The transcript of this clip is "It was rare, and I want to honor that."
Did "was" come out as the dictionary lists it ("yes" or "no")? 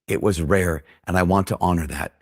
yes